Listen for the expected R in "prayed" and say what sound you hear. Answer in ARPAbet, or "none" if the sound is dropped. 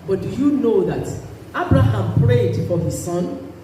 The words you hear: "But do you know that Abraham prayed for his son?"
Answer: R